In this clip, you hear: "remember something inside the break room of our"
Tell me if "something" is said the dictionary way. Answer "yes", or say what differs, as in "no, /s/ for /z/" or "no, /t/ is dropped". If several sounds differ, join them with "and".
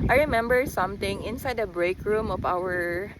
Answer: no, /t/ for /θ/